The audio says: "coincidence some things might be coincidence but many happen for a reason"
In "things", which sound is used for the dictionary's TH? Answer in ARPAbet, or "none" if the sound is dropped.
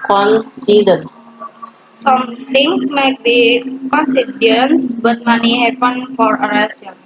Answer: T